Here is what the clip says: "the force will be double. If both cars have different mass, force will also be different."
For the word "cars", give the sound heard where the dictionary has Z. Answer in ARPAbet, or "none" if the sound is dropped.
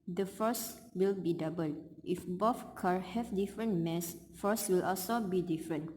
none